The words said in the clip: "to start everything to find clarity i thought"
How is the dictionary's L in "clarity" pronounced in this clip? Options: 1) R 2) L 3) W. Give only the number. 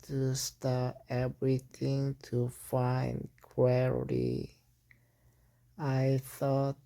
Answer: 3